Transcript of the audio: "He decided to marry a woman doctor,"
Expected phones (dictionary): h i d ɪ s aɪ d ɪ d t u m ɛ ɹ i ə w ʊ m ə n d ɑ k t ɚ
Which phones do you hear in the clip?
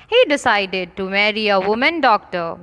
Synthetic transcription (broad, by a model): h i d ɪ s aɪ d ɪ d t u m ɛ ɹ i ə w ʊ m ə n d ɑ k t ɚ